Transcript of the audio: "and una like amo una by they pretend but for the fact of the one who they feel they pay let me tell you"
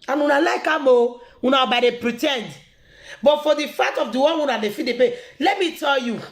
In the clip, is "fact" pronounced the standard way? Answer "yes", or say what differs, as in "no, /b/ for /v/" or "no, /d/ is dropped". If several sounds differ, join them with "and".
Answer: no, /k/ is dropped